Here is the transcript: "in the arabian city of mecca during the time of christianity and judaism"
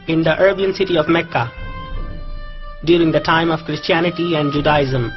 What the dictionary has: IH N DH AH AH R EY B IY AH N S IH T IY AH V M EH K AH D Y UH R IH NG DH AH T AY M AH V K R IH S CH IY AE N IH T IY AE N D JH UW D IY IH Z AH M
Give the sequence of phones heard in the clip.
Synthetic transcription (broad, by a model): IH N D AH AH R B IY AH N S IH T IY AH V M EH K AH D Y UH R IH NG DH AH T AY M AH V K R IH S CH IY AE N IH T IY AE N D JH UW D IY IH Z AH M